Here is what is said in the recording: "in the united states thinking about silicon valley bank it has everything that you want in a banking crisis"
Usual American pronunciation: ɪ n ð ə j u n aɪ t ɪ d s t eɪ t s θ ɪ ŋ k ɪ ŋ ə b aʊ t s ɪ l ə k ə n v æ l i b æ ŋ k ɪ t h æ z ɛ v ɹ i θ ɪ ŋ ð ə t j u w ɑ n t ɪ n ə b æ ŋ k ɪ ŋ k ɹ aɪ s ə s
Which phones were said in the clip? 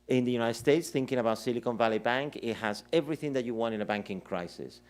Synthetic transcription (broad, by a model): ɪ n ð ə j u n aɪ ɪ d s t eɪ t s θ ɪ ŋ k ɪ ŋ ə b aʊ t s ɪ l ə k ə n v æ l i b æ ŋ k ɪ t h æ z ɛ v ɹ i θ ɪ ŋ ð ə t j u w ɑ n t ɪ n ə b æ ŋ k ɪ ŋ k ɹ aɪ s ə s